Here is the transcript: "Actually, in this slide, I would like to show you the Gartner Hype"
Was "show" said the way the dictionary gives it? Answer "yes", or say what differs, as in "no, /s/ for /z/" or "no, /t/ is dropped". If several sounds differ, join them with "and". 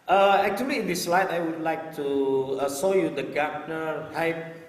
no, /s/ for /ʃ/